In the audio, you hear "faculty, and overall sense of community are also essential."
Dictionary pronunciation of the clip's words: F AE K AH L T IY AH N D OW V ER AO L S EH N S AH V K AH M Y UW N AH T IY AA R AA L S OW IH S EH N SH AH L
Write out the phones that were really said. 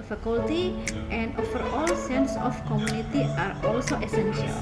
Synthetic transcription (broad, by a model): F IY K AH L T IY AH N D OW F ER AO L S EH N S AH F K AH M Y UW N AH T IY AA R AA L S OW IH S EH N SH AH L